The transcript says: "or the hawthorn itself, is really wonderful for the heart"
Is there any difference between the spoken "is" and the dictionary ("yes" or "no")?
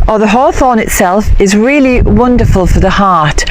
no